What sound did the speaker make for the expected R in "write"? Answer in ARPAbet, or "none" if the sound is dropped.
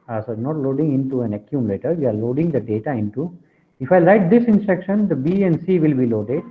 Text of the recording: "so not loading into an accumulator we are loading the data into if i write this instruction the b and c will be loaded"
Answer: L